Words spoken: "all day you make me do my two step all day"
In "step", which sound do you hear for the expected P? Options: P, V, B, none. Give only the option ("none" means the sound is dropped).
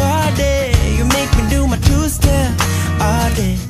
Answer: none